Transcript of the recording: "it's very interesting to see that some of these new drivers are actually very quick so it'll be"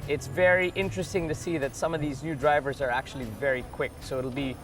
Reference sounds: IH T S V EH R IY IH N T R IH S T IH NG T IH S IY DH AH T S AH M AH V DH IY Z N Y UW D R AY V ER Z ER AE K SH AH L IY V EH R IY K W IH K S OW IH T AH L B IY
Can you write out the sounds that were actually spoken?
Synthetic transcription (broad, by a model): IH T S V EH R IY IH N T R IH S T IH NG T IH S IY DH AH T S AH M AH V DH IY Z N Y UW D R AY V ER Z ER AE K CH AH L IY V EH R IY K W IH K S OW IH T L B IY